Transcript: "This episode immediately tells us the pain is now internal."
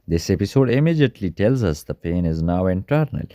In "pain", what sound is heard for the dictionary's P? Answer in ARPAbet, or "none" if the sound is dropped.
P